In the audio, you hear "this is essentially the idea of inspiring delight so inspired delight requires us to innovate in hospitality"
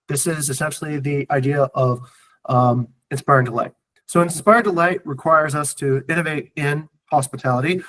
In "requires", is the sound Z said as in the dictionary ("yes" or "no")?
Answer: yes